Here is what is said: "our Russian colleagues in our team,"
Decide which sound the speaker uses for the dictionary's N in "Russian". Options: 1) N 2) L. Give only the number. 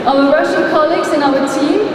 2